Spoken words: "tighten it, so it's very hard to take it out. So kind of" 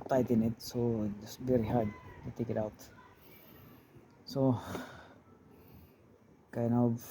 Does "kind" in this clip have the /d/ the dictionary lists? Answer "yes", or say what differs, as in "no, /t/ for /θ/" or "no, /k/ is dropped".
no, /d/ is dropped